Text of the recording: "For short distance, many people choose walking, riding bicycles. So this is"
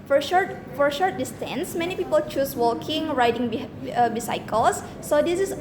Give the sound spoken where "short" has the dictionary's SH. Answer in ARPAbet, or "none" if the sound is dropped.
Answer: SH